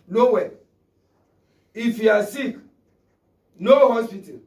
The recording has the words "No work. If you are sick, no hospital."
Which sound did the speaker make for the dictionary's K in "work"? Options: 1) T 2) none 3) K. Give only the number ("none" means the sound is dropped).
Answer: 2